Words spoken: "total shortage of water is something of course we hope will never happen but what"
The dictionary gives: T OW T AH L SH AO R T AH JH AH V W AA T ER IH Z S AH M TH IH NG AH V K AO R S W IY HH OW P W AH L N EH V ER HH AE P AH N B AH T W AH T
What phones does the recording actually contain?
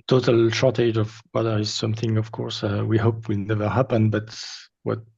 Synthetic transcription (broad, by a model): T OW T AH L SH AO R T AH JH AH V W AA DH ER IH Z S AH M TH IH NG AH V K AO R S W IY HH OW P W AH L N EH V ER HH AE P AH N B AH T W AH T